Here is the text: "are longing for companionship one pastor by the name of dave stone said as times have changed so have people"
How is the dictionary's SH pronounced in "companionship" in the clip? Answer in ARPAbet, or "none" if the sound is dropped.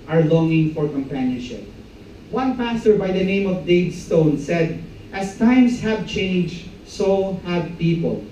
SH